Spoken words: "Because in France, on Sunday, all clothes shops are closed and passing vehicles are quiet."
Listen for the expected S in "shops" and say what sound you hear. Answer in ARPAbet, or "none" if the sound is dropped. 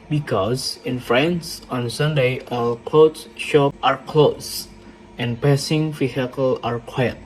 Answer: none